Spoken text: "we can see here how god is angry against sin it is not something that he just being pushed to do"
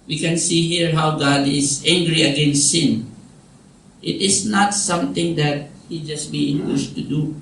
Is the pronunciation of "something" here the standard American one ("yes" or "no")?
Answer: no